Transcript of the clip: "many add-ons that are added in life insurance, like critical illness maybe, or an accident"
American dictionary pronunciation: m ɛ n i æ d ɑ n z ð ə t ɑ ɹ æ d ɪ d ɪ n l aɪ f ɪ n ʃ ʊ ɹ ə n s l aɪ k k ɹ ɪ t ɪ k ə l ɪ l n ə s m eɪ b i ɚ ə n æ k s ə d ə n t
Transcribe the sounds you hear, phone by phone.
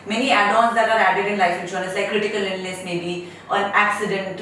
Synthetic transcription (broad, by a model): m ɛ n i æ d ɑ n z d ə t ɑ ɹ æ d ɪ d ɪ n l aɪ f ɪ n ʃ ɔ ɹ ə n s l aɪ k k ɹ ɪ t ɪ k ə l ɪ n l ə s m eɪ b i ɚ ə n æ k s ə d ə n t